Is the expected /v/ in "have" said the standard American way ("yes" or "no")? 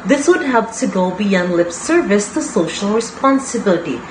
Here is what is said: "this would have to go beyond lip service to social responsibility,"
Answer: no